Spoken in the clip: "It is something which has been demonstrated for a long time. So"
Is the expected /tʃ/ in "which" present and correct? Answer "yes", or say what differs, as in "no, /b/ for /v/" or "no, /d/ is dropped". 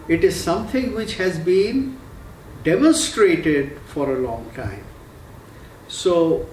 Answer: yes